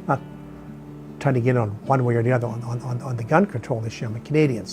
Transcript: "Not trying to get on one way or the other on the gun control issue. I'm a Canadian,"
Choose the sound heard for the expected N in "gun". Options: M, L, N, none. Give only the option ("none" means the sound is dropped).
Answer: N